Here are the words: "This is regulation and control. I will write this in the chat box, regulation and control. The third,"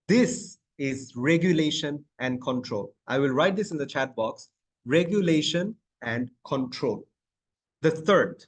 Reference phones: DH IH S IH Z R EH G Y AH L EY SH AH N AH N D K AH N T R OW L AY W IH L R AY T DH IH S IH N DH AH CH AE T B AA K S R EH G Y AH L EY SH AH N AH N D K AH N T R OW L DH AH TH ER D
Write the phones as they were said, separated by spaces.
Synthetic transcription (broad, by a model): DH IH S IH Z R EH G Y AH L EY SH AH N AH N D K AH N T R OW L AY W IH L R AY T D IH S IH N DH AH CH AE T B AA K S R EH G Y AH L EY SH AH N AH N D K AH N T R OW L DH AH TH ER D